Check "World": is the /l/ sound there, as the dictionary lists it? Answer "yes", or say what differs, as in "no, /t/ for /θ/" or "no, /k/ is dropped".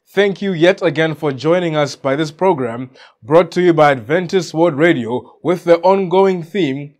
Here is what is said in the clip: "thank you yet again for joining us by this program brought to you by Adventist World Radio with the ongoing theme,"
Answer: no, /l/ is dropped